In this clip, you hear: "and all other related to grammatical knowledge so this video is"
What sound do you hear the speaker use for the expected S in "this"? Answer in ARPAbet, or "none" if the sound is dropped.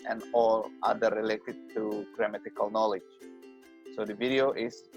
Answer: none